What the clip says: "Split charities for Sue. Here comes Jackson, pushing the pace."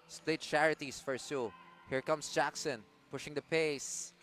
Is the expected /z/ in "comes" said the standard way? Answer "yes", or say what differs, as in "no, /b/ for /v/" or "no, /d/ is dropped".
no, /s/ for /z/